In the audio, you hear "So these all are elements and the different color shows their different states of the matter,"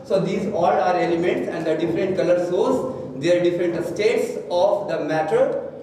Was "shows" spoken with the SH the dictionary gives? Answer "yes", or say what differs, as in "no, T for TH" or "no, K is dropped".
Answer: no, S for SH